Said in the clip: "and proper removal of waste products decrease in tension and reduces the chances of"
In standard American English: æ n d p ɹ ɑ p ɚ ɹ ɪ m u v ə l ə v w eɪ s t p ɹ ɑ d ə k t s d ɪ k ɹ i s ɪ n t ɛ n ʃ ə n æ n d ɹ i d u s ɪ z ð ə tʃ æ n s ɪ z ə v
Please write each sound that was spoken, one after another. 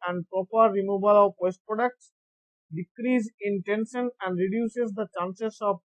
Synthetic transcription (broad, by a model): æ n d p ɹ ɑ p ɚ ɹ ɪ m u b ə l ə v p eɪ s t p ɹ ɑ d ə k t s d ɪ k ɹ i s ɪ n t ɛ n ʃ ə n æ n d ɹ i d u s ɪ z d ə tʃ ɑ n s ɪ s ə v